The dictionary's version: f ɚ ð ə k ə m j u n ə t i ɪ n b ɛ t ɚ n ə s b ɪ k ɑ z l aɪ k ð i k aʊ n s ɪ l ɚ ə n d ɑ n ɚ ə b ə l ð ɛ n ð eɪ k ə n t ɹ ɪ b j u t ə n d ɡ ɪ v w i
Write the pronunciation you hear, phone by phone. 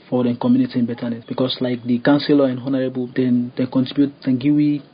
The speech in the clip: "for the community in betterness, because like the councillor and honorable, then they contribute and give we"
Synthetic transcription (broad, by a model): f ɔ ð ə k ə m j u n ə t i ɪ n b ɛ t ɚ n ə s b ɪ k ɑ s l aɪ k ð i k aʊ n s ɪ l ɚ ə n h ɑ n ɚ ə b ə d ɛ n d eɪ k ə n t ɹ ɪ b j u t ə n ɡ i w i